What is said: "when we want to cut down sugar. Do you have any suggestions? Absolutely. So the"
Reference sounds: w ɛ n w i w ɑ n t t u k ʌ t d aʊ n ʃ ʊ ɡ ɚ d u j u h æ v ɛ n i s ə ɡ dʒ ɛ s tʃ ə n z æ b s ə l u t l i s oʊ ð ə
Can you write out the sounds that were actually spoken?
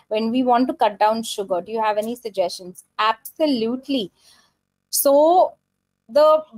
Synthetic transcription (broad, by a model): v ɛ n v i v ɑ n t t u k ʌ t d aʊ n ʃ ʊ ɡ ɚ d u j u h æ v ɛ n i s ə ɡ dʒ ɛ s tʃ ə n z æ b s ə l u t l i s oʊ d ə